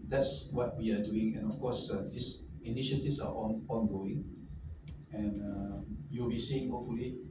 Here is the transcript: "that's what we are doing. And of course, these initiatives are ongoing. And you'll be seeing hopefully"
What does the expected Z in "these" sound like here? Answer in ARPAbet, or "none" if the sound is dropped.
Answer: S